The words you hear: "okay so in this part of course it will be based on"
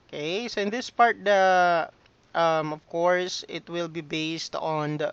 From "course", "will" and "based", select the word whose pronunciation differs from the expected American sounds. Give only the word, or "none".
none